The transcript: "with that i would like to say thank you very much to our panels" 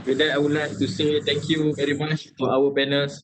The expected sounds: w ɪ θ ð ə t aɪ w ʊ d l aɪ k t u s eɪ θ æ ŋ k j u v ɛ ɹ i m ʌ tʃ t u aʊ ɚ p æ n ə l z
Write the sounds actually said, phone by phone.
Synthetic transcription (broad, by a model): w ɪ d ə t aɪ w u l aɪ k t u s eɪ t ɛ ŋ k j u v ɛ ɹ i m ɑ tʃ t u aʊ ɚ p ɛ n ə l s